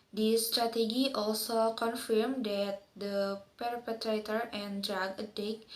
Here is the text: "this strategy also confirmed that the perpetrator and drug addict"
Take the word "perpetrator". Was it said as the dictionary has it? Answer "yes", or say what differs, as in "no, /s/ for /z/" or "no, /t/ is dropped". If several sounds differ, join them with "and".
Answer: yes